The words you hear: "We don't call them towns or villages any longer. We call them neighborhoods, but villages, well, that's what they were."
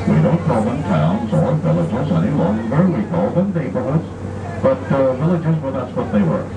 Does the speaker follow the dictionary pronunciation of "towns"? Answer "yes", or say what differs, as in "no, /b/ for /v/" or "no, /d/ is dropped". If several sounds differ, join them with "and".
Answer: yes